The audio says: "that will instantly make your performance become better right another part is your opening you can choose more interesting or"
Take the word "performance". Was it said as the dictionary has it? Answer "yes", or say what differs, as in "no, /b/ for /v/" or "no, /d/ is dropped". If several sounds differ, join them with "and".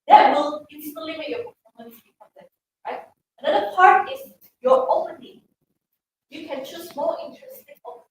no, /f/ is dropped